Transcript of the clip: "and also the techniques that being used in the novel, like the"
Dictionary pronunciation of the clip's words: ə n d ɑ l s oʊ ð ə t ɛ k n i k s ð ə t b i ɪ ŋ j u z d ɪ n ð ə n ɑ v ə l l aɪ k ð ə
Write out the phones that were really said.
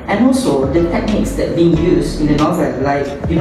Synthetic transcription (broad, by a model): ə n ɑ l s oʊ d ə t ɛ k n i k s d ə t b i ɪ ŋ j u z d ɪ n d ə n ɑ v ə l l aɪ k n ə